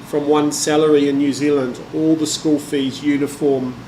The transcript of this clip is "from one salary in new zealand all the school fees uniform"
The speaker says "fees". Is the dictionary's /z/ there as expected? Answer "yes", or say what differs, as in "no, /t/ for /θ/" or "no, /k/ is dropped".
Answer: yes